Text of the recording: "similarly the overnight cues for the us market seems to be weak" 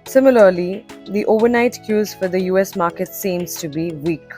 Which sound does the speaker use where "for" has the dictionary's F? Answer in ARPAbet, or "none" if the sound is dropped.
F